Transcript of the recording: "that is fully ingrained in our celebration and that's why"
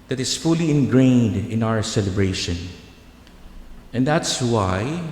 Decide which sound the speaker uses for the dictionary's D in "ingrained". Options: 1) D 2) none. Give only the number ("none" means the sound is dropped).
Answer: 1